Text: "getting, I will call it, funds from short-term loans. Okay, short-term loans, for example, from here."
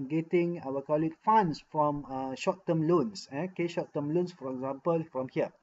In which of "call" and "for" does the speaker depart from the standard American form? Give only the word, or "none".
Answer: none